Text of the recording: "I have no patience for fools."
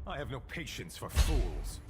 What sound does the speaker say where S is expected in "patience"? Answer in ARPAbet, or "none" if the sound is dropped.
S